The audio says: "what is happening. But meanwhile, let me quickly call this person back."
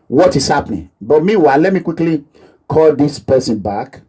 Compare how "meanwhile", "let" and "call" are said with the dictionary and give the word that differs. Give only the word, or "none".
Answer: meanwhile